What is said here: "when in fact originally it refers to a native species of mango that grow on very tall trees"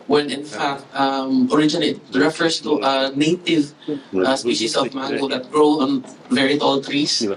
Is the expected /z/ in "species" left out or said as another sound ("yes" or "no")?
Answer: yes